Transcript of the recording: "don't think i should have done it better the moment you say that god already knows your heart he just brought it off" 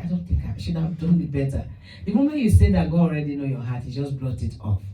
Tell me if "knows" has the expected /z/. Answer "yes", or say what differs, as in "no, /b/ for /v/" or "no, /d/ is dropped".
no, /z/ is dropped